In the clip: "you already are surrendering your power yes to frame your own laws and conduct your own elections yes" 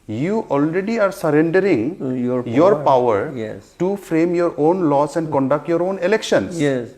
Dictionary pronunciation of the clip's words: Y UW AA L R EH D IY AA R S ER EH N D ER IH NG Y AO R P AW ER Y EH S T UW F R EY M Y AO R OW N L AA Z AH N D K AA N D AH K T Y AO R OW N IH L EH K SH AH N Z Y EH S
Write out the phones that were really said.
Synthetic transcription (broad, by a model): Y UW AA L R EH D IY AA R S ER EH N D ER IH NG Y AO R P AW ER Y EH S T UW F R EY M Y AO R OW N L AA S AH N D K AA N D AH K T Y AO R OW N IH L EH K SH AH N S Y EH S